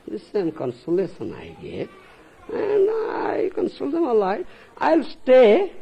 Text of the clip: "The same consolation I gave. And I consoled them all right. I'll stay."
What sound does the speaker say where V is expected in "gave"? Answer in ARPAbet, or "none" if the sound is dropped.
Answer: none